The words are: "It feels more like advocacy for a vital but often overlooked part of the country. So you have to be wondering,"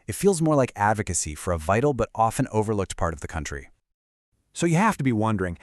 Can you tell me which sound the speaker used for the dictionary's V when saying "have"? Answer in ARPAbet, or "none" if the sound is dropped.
F